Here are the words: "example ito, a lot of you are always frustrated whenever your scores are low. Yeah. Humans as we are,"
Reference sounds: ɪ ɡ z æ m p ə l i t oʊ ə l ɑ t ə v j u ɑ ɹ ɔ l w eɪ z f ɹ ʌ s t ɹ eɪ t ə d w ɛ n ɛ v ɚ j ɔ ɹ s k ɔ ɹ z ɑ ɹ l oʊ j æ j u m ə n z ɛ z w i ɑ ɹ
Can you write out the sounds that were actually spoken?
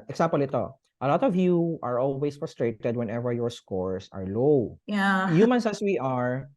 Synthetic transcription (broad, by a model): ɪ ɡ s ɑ m p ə l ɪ t oʊ ə l ɑ t ə v j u ɑ ɹ ɔ l w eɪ s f ɹ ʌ s t ɹ eɪ t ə d w ɛ n ɛ v ɚ j ɔ ɹ s k ɔ ɹ s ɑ ɹ l oʊ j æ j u m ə n s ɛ s w i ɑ ɹ